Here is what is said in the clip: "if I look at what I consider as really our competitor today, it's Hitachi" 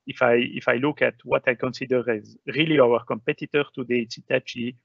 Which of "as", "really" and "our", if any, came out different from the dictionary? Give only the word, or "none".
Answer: none